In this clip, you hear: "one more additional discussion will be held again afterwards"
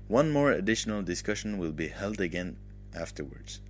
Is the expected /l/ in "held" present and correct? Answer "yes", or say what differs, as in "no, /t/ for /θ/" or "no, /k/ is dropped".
yes